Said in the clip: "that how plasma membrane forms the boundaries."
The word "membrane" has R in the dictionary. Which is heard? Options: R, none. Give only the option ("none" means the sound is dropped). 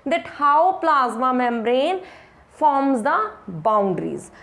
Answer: R